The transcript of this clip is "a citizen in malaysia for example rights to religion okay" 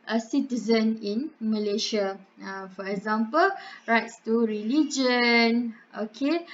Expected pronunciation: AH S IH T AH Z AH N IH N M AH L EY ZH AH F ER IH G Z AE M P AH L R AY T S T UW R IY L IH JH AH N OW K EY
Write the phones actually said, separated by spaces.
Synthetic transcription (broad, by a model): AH S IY T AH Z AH N IH N M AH L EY SH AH F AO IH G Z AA M P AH L R AY T S T UW R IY L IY JH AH N OW K EY